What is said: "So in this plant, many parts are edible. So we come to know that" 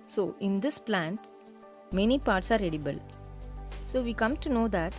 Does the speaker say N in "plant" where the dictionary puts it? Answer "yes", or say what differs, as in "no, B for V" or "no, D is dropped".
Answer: yes